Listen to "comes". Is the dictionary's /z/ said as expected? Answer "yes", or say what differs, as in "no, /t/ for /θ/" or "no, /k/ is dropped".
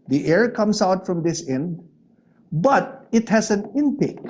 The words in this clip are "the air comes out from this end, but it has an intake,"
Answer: no, /s/ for /z/